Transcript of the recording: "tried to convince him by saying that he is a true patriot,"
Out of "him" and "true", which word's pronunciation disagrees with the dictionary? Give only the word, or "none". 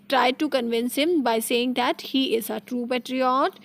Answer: none